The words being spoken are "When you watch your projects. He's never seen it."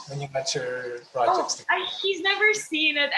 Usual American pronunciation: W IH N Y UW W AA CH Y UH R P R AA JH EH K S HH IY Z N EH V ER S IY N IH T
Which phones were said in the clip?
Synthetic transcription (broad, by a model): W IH N Y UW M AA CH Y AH R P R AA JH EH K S HH IY Z N EH V ER S IY N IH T